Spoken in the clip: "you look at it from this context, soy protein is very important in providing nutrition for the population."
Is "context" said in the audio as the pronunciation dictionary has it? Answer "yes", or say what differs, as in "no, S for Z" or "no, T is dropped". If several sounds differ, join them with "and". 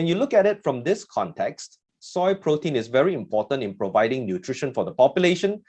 yes